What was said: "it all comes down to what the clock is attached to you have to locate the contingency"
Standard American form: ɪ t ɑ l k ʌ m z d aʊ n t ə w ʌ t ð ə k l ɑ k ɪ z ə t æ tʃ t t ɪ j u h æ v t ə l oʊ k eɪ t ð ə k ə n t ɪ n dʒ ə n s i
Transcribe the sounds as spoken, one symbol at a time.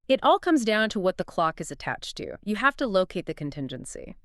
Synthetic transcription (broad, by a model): ɪ t ɑ l k ʌ m z d aʊ n t ə w ʌ t ð ə k l ɑ k ɪ z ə t æ tʃ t t ɪ j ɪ h æ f t ə l oʊ k eɪ t ð ə k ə n t ɪ n dʒ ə n s i